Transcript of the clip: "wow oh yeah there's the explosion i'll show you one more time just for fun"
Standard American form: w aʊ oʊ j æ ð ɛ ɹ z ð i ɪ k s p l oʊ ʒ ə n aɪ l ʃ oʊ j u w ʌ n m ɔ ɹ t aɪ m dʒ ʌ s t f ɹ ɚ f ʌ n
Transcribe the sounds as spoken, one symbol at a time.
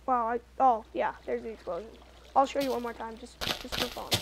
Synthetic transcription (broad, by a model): w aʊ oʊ j æ ð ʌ ɹ z ð i ɪ k s p l oʊ ʒ ə n aɪ l ʃ oʊ j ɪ w ʌ n m ɔ ɹ t aɪ m dʒ ʌ s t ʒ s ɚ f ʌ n